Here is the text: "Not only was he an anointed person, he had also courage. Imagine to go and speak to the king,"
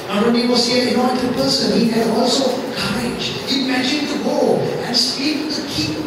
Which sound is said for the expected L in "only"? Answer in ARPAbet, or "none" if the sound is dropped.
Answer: none